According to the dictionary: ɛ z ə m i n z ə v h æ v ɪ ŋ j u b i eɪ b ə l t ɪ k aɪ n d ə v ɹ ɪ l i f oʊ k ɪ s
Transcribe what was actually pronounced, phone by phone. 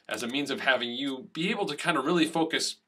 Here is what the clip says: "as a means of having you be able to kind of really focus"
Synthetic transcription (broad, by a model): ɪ z ə m i n z ə v h æ v ɪ ŋ j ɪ b i eɪ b l t ɪ k aɪ n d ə ɹ ɪ l i f oʊ k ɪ s